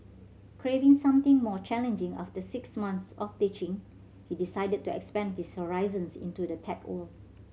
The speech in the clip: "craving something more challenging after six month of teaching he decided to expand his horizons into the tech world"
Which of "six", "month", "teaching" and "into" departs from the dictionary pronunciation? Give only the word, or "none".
month